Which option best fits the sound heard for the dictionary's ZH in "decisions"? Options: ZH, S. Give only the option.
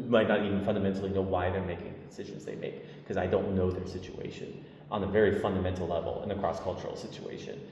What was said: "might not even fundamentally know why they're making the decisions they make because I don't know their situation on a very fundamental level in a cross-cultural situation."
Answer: ZH